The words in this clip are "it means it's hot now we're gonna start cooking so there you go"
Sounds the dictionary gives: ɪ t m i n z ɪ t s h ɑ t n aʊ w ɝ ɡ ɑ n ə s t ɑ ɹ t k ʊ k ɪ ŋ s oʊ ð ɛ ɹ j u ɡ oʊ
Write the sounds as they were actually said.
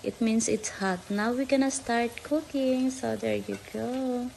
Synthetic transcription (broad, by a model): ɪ t m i n s ɪ t s h ɑ t n aʊ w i ɡ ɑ n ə s t ɑ ɹ t k ʊ k ɪ ŋ s oʊ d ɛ ɹ j u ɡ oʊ